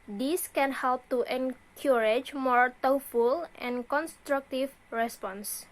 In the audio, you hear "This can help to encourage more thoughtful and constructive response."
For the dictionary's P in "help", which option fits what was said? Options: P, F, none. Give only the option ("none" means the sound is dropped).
P